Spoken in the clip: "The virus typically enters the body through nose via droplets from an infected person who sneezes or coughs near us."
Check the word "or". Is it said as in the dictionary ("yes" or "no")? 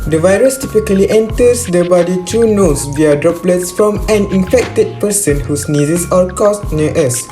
no